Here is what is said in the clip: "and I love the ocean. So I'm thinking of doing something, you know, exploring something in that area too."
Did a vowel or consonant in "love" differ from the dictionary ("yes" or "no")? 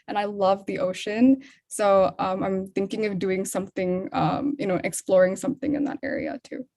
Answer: no